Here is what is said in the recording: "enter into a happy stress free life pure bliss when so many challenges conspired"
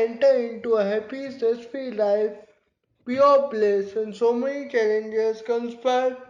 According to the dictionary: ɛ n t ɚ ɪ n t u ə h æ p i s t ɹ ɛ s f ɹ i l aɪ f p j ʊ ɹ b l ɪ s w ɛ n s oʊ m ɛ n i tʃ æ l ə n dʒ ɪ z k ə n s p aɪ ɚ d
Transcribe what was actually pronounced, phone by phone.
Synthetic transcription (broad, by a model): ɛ n t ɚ ɪ n t u ə h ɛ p i s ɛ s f i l aɪ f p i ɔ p l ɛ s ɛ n s oʊ m ɛ n i tʃ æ l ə n dʒ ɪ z k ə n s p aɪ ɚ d